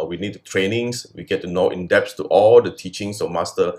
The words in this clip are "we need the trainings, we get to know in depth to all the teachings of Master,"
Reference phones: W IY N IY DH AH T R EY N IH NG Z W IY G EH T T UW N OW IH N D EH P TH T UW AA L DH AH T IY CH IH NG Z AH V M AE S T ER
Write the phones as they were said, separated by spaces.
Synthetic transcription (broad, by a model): W IY N IY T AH T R EY N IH NG S W IY G EH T T UW N OW IH N D EH P S T UW AA L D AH T IY CH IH NG S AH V M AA S T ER